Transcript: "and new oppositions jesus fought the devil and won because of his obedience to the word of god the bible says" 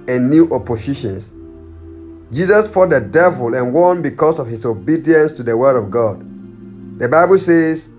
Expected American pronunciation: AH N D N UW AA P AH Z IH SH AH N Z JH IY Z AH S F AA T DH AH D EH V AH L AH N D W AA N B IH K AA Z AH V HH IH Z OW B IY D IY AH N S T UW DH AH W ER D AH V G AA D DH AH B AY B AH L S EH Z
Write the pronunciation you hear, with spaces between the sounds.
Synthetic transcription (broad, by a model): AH N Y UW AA P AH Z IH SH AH N S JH IY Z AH S P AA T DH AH D EH V AH L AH N W AA N B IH K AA S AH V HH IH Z OW B IY D IY AH N S T UW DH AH W ER D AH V G AA D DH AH B AY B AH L S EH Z